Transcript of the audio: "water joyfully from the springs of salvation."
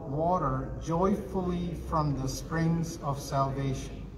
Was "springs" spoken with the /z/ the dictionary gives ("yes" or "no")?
yes